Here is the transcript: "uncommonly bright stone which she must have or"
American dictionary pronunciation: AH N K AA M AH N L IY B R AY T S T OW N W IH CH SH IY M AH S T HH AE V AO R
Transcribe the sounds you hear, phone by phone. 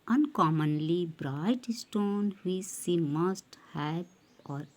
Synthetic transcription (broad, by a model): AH N K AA M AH N L IY B R AY T S T OW N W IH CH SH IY M AH S T HH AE B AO R